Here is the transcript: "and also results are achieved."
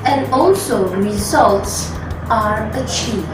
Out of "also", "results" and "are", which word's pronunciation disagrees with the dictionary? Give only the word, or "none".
none